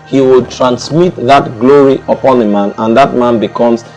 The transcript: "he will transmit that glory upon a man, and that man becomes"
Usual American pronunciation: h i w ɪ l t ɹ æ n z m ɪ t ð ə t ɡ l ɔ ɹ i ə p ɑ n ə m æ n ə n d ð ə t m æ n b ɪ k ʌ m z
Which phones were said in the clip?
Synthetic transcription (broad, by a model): h i w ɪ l t ɹ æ n s m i t ð ə t ɡ l ɔ ɹ i ə p ɑ n ə m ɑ n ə n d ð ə t m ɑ n b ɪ k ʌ m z